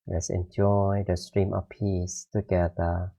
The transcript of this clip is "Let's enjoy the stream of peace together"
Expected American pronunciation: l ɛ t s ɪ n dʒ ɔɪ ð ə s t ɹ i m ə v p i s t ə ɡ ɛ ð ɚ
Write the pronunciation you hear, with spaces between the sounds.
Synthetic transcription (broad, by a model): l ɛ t s ɪ n dʒ ɔɪ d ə s t ɹ i m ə f p i s t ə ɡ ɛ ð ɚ